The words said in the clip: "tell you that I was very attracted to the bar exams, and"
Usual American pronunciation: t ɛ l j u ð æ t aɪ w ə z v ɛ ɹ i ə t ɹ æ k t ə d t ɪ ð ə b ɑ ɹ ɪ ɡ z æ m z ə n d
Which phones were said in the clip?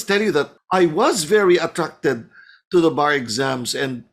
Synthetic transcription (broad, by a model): t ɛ l j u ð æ t aɪ w ə z v ɛ ɹ i ə t ɹ æ k t ə d t ɪ ð ə b ɑ ɹ ɪ ɡ z æ m z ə n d